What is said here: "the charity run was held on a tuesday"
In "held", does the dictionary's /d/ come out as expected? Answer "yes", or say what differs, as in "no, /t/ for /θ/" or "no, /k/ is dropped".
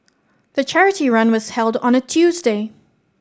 yes